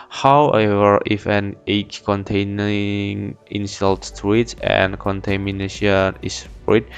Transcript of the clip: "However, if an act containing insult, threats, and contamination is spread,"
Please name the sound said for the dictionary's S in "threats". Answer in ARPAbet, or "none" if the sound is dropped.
none